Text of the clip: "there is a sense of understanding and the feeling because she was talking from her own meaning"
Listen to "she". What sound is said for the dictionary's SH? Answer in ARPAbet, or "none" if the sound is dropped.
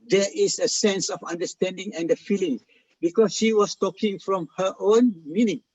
SH